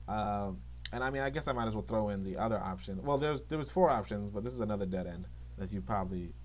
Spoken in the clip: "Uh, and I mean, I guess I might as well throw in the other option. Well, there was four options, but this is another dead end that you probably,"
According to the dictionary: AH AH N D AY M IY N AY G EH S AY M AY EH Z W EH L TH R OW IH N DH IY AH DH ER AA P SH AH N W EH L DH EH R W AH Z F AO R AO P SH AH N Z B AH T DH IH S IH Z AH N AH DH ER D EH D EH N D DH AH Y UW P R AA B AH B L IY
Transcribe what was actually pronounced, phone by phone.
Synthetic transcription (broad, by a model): AH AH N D AY M IY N AY G EH S AY M AY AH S W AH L TH R OW IH N DH IY AH DH ER AA P SH AH N W EH L DH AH R W AH Z F AO R AO P SH AH N Z B AH T DH IH S IH Z AH N AH DH ER D EH D EH N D DH AH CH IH P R AA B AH B L IY